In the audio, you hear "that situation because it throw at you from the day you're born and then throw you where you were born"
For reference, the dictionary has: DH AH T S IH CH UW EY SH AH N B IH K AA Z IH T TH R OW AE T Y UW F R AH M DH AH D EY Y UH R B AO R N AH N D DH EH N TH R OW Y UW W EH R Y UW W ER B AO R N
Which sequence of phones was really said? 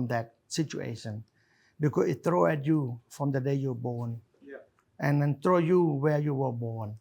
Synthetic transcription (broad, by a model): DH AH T S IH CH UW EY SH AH N B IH K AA S IH T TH R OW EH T Y UW F R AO M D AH D EY Y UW B AO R N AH N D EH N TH R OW Y UW W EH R Y UW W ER B AO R N